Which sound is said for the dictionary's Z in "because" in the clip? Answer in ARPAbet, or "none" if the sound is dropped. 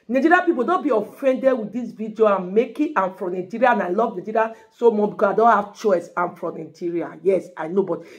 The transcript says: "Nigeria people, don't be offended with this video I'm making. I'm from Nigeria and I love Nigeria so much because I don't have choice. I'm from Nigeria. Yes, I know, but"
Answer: none